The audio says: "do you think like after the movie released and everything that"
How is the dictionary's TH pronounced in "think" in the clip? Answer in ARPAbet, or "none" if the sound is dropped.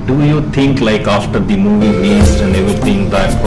T